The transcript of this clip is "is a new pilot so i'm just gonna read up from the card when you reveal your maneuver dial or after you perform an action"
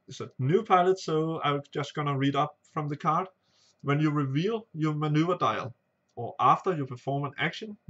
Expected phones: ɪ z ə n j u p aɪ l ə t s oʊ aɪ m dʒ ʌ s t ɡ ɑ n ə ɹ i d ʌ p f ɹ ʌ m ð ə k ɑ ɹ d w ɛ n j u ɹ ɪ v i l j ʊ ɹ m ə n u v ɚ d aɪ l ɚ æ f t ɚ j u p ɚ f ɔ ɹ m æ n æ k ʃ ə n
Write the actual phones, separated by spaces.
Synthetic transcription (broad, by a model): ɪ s ə n j u p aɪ l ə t s oʊ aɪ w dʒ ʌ s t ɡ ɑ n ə ɹ i d ʌ p f ɹ ʌ m ð ə k ɑ ɹ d w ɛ n j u ɹ ɪ v i l j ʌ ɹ m ə n u v ɚ d aɪ l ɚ æ f t ɚ j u p ɚ f ɔ ɹ m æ n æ k ʃ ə n